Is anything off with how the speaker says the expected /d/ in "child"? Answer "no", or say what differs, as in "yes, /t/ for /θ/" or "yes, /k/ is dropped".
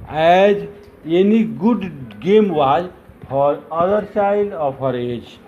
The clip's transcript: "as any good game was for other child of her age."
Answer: yes, /d/ is dropped